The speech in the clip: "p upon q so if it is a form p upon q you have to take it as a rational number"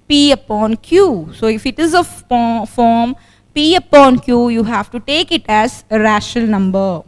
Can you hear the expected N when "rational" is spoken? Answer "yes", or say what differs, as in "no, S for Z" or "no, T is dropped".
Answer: no, N is dropped